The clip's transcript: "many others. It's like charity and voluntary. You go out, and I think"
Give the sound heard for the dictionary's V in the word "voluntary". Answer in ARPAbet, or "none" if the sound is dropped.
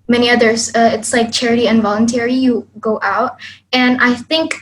V